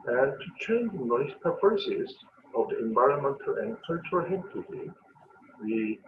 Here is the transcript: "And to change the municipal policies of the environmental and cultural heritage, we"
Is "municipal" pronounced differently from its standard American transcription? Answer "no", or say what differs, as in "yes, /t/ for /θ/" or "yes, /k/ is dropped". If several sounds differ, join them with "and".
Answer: yes, /n/ is dropped